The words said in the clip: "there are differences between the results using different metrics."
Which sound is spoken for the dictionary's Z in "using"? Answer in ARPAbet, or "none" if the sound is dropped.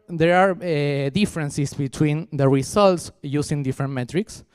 S